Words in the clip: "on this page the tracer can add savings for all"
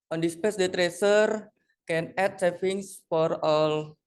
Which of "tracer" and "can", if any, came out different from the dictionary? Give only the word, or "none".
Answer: none